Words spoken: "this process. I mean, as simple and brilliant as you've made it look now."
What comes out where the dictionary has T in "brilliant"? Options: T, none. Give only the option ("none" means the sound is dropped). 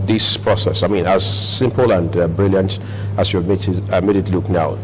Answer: T